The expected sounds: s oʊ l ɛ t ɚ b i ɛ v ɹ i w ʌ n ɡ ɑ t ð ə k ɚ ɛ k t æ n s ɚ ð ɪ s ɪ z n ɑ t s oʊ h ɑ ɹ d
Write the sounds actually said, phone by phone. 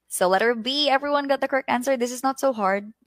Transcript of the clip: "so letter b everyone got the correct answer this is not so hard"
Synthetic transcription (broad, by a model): s oʊ l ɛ t ɚ b i ɛ v ɹ i w ʌ n ɡ ɑ t ð ə k ɚ ɛ k t æ n s ɚ ð ɪ s ɪ z n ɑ t s oʊ h ɑ ɹ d